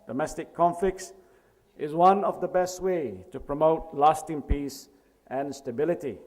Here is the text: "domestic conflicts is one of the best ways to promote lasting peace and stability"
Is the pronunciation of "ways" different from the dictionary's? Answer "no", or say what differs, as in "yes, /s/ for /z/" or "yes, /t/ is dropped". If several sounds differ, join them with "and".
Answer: yes, /z/ is dropped